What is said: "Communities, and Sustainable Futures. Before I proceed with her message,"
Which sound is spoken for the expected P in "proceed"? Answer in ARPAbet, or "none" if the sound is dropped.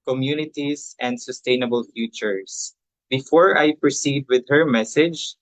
P